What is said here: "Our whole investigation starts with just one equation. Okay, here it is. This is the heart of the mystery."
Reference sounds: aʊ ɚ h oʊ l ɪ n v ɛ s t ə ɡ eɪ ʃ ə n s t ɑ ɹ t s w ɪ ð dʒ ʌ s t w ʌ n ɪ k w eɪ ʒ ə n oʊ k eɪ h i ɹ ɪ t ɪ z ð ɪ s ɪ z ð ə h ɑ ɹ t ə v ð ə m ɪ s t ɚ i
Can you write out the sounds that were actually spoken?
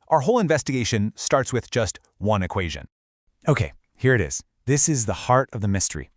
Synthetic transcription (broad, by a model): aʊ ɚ h oʊ l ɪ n v ɛ s t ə ɡ eɪ ʃ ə n s t ɑ ɹ t s w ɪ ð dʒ ʌ s t w ʌ n ɪ k w eɪ ʒ ə n oʊ k eɪ h i ɹ ɪ t ɪ z ð ɪ s ɪ z ð ə h ɑ ɹ t ə v ð ə m ɪ s t ɚ i